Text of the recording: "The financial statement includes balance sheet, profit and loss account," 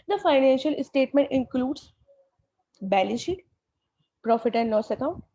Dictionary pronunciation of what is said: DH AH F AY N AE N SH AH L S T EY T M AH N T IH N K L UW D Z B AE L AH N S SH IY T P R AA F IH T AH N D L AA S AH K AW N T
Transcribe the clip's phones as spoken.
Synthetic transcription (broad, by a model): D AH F AY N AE N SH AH L S T EY T M AH N T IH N K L UW D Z B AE L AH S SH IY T P R AA F IH T AH N D N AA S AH K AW N T